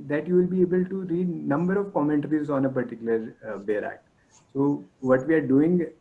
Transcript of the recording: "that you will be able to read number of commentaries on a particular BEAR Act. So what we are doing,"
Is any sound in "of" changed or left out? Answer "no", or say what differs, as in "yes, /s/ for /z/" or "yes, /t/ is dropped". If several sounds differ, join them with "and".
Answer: no